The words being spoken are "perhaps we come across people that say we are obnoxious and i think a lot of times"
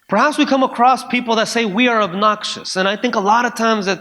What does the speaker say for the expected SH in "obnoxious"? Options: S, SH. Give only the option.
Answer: SH